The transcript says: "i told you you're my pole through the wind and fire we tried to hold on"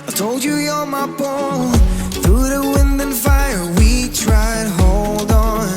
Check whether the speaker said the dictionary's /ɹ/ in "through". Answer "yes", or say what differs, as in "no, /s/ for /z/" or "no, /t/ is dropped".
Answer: yes